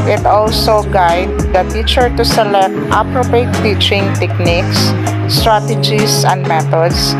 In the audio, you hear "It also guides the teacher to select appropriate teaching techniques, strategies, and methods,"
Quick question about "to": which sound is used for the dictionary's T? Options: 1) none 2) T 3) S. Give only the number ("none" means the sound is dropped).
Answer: 2